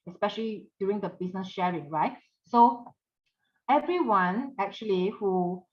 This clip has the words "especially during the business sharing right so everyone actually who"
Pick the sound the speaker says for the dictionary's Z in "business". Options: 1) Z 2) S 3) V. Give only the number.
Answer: 2